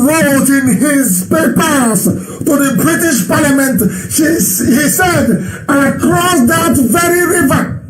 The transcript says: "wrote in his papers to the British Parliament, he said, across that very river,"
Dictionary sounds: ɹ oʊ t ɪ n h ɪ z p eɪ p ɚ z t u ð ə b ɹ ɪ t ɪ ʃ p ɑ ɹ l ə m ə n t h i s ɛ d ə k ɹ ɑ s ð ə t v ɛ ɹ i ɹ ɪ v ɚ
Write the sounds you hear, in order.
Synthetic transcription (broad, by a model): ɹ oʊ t ɪ n h ɪ z p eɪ p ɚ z t u ð ə b ɹ ɪ t ɪ ʃ p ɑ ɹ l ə m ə n t h i s ɛ d ə k ɹ ɑ s ð ə t v ɛ ɹ i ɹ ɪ v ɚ